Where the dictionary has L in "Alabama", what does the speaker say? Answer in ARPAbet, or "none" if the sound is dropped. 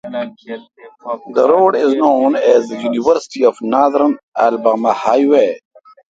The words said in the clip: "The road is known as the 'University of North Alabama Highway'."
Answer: N